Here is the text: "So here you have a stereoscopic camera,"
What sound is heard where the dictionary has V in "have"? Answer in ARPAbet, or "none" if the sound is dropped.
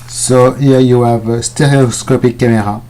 V